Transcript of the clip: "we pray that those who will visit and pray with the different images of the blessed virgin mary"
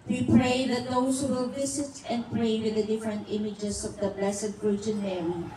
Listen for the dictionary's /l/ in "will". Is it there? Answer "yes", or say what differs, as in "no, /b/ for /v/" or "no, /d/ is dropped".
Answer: yes